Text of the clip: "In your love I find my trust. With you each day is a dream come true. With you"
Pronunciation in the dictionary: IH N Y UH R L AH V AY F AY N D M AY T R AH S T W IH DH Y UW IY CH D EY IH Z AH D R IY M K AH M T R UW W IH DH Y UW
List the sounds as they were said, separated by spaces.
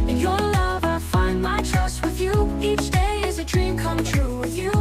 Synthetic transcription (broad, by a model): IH Y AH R L AH V AY F AY N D M AY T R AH S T W IH DH Y UW IY CH D EY IH Z AH D R IY M K AH M T R UW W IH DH Y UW